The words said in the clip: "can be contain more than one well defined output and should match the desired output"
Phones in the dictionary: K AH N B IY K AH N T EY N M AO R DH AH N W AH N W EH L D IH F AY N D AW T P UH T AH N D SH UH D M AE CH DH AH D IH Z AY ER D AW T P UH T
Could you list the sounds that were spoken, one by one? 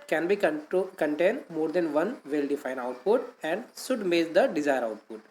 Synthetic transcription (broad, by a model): K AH N B IY K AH N T EY N M AO R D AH N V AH N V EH L D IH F AY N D AW T P UH T AH N D S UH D M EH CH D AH D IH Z AY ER D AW T P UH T